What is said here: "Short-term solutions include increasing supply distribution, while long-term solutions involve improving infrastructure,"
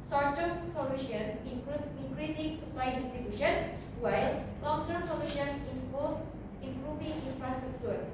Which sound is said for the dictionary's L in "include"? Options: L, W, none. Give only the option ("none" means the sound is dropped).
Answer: none